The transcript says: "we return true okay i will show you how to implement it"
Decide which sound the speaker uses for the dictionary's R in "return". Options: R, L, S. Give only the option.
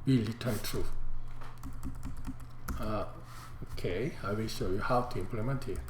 L